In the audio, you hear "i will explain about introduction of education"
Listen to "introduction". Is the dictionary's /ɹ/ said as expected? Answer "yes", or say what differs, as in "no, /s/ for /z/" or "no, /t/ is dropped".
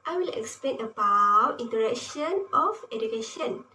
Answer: no, /ɹ/ is dropped